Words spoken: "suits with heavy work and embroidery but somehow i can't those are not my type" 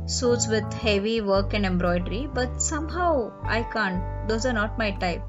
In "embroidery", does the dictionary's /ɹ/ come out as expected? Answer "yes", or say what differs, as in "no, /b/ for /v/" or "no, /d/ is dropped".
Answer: yes